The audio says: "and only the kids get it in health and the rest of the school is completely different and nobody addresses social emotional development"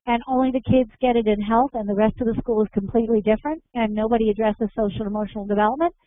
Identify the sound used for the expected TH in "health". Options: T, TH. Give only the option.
TH